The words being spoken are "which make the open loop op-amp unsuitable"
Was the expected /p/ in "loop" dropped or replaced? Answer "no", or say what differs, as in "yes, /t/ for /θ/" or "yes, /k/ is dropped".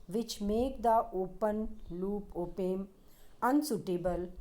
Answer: no